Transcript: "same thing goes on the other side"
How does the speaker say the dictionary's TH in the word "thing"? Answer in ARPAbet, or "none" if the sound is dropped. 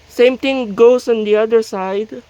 T